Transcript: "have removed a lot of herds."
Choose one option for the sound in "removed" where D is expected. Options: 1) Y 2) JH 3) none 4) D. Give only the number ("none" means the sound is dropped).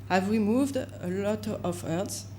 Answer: 4